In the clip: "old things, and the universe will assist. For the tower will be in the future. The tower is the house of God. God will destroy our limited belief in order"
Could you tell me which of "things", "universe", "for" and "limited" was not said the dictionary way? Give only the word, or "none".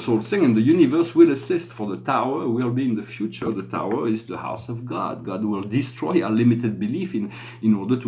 things